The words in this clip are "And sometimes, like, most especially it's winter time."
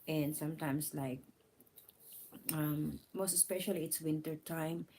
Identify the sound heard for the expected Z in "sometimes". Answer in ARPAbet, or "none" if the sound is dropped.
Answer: S